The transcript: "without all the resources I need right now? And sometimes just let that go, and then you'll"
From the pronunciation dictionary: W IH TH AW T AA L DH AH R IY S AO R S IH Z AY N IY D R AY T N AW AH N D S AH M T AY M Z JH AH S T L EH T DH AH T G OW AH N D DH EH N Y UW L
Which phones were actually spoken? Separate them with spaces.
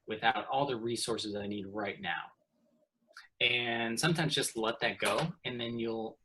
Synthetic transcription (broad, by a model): W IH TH AW T AA L DH AH R IY S AO R S IH Z AY N IY D R AY T N AW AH N S AH M T AY M Z JH AH S T L EH T DH AH T G OW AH N DH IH N Y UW L